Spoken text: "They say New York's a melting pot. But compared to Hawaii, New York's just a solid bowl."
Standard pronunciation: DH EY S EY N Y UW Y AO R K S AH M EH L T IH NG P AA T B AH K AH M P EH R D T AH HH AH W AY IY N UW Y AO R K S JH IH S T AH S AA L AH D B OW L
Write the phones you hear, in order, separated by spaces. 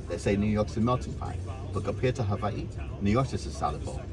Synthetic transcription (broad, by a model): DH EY S EY N Y UW Y AO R K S AH M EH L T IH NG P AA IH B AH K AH P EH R T AH HH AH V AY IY N UW Y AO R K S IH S AH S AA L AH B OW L